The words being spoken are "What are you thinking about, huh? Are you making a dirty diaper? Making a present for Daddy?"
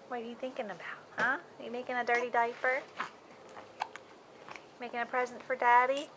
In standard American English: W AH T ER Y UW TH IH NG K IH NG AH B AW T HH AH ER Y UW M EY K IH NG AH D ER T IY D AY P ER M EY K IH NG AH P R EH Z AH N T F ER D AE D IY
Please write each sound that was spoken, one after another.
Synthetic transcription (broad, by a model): W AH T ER Y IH TH IH NG K IH NG AH B AW T HH AH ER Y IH M EY K IH NG AH D ER T IY D AY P ER M EY K IH NG AH P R EH Z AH N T F ER D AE D IY